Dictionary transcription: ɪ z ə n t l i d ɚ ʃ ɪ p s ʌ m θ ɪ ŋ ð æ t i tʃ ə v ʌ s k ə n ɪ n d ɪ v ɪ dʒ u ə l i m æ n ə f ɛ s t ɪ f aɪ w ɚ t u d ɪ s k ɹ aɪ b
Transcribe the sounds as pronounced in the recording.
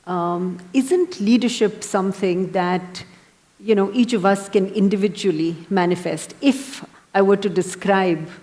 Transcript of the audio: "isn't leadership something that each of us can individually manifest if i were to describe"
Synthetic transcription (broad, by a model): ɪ z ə n t l i d ɚ ʃ ɪ p s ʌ m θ ɪ ŋ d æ t i tʃ ə v ʌ s k ə n ɪ n d ɪ v ɪ dʒ u ə l i m æ n ə f ɛ s t ɪ f aɪ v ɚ t u d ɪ s k ɹ aɪ b